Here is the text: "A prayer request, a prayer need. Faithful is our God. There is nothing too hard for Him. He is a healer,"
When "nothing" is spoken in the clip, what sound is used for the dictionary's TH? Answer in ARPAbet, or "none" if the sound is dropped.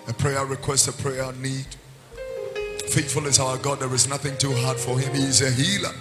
TH